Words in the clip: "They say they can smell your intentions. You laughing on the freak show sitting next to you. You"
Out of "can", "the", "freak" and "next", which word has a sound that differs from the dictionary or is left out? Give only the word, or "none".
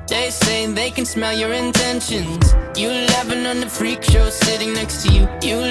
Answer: none